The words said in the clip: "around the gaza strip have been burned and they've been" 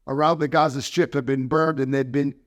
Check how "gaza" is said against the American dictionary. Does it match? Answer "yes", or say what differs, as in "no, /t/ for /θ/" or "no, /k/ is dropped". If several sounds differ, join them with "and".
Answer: yes